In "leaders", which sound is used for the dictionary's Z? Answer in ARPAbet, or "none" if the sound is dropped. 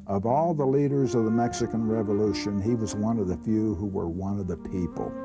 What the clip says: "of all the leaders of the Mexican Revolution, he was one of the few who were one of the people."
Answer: Z